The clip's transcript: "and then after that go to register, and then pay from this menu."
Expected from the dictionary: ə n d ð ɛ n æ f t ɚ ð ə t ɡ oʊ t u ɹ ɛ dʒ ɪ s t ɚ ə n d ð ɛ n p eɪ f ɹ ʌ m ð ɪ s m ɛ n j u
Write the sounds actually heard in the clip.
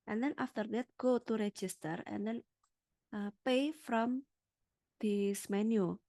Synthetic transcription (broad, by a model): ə n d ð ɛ n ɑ f t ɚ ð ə t ɡ oʊ t u ɹ ɛ dʒ ɪ s t ɚ ə n d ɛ n p eɪ f ɹ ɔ m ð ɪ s m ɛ n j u